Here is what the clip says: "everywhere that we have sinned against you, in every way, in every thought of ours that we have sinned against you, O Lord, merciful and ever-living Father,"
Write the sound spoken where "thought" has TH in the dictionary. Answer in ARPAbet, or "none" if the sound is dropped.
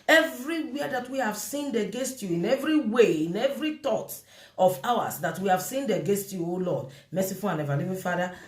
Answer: T